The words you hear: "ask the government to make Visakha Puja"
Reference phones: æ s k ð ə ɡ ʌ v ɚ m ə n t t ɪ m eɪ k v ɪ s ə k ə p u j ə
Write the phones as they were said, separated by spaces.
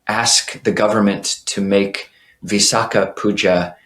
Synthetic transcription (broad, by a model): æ s k ð ə ɡ ʌ v ɚ m ə n t t ɪ m eɪ k v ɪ s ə k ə p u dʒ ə